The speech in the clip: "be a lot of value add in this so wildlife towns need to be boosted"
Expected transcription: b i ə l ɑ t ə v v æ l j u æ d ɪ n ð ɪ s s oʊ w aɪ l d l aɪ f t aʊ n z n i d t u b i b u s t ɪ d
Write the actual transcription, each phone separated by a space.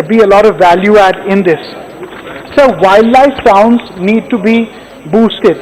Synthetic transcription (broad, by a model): b i ə l ɑ t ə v v æ l j u æ d ɪ n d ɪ s s oʊ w aɪ l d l aɪ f s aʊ n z n i d t u b i b u s t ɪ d